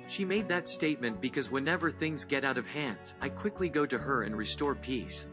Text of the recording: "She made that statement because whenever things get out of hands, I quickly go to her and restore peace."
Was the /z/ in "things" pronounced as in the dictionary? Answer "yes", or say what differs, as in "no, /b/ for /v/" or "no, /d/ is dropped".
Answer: yes